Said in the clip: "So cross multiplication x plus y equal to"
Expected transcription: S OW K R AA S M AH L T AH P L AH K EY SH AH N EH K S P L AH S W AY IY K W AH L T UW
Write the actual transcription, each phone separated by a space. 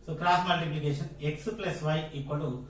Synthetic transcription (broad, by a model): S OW K R AA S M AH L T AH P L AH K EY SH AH N EH K S P L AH S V AY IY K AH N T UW